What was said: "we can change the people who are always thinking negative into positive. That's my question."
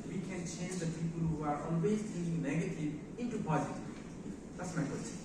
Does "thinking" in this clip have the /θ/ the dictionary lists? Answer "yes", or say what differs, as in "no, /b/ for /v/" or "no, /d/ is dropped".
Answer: no, /t/ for /θ/